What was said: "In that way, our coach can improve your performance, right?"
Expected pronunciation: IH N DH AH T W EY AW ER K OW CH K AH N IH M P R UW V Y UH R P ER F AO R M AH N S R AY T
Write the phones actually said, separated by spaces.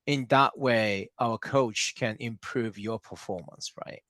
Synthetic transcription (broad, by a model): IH N DH AH T W EY AW ER K OW CH K AH N IH M P R UW V Y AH R P ER F AO R M AH N S R AY T